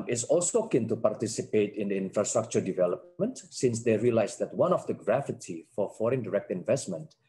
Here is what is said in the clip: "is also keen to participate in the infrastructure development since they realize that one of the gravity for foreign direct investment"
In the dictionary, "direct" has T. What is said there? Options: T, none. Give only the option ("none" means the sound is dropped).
T